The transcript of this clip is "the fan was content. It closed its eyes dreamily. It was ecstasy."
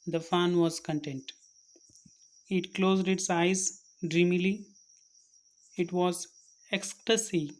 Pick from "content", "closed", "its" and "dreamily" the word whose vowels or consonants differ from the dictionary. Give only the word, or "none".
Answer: none